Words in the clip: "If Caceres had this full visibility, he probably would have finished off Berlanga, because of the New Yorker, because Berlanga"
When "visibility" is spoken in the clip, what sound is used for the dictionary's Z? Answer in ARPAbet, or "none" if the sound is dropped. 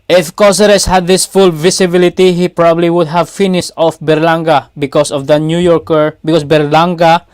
S